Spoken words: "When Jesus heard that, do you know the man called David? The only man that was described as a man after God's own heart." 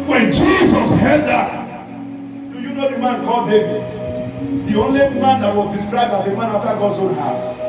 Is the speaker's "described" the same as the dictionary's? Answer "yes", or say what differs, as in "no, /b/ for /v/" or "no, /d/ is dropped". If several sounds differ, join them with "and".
yes